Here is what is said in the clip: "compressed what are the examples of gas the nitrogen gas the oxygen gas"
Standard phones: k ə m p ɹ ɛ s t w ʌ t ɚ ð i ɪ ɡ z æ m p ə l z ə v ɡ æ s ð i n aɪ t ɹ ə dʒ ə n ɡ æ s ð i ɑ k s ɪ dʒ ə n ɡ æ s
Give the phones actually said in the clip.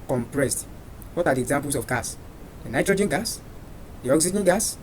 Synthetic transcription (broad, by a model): k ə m p ɹ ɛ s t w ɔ t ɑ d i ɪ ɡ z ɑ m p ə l s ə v ɡ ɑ s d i n aɪ t ɹ ə dʒ ə n ɡ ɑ s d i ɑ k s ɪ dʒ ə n ɡ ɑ s